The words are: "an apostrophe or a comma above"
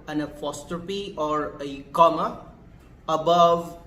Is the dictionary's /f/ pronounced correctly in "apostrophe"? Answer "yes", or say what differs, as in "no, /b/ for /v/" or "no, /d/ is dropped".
no, /p/ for /f/